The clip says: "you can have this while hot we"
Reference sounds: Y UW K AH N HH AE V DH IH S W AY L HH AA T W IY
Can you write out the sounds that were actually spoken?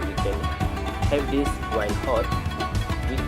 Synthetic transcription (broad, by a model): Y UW K AH N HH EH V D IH S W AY N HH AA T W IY